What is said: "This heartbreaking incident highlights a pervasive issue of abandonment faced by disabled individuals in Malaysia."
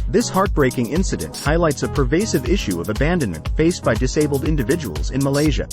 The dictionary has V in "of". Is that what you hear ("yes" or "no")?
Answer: yes